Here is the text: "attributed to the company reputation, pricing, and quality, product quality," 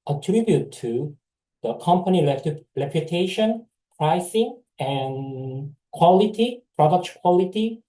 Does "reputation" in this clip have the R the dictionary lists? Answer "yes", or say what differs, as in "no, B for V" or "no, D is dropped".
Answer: no, L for R